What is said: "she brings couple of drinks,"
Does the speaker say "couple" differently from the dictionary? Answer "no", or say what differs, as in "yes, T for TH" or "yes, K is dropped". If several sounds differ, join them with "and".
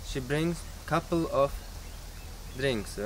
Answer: no